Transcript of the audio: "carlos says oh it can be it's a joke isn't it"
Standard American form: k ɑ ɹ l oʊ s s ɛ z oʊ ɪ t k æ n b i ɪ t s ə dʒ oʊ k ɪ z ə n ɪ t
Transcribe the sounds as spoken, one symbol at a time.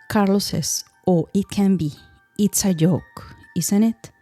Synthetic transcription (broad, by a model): k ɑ ɹ l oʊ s s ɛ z oʊ ɪ t k æ n b i ɪ t s ə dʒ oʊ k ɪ s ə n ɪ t